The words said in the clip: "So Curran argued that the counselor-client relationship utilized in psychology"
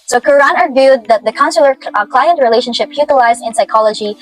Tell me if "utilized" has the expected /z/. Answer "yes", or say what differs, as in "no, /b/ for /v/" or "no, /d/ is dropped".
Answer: yes